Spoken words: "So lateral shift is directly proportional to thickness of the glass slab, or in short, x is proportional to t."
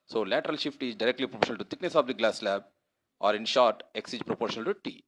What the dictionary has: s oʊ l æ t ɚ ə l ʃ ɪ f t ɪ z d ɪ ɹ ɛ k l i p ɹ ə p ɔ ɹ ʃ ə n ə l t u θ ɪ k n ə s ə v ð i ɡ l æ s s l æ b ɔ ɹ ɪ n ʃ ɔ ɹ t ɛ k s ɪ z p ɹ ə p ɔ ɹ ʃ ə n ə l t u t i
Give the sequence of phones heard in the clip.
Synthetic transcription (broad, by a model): s oʊ l æ t ɚ ə l ʃ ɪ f t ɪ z d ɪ ɹ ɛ k l i p ɹ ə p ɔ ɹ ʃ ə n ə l t u t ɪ k n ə s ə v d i ɡ l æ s s l æ b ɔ ɹ ɪ n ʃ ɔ ɹ t ɛ k s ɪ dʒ p ɹ ə p ɔ ɹ ʃ ə n ə l t u t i